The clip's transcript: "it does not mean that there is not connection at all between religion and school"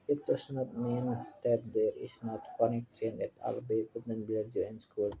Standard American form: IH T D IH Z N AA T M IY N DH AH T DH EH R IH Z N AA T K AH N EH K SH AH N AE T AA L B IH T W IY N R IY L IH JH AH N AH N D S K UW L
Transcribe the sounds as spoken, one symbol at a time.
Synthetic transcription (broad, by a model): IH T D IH S N AA T M IY N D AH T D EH R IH S N AA T K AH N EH K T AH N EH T AA L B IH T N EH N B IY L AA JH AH AH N S K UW L